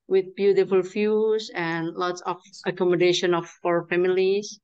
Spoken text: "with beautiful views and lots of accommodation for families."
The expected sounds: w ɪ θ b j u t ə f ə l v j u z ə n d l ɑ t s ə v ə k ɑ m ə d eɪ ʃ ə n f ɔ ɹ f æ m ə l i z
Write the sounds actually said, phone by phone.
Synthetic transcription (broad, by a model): w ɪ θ b j u t ə f ə l f j u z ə n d l ɑ t s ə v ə k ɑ m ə d eɪ ʃ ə n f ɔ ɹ f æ m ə l i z